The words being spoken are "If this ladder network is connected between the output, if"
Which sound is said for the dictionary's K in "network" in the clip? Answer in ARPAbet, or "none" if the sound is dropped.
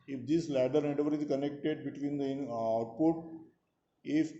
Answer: none